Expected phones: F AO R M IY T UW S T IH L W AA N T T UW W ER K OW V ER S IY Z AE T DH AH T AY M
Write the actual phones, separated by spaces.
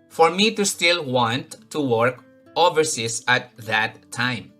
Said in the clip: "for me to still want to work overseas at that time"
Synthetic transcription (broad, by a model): F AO R M IY T UW S T IH L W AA N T T UW W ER K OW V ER S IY S AE T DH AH T AY M